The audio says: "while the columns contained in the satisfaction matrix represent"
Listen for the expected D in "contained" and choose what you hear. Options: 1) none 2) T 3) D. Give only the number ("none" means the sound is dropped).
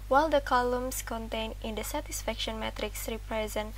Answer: 1